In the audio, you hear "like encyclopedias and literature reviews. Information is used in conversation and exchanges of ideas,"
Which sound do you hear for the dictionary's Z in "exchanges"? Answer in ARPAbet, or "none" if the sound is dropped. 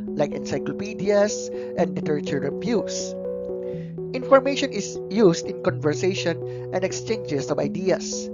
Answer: S